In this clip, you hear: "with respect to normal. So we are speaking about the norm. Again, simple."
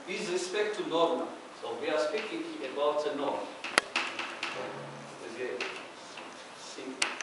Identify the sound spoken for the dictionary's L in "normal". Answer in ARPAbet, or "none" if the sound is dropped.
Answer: N